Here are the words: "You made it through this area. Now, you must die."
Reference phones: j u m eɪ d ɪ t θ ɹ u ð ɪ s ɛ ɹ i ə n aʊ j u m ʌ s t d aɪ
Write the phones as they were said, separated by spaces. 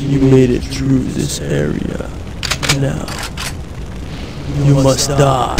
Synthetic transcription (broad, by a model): j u m eɪ d ɪ t θ ɹ u ð ɪ s ɛ ɹ i ə n aʊ j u m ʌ s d aɪ